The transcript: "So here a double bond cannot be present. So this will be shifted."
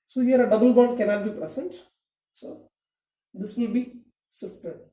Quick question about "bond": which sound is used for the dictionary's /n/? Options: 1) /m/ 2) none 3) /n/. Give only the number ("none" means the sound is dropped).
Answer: 2